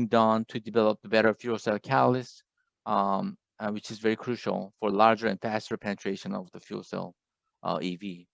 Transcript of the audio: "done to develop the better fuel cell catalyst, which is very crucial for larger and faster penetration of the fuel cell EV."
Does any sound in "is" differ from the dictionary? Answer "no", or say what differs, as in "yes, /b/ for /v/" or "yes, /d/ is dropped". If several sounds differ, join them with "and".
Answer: no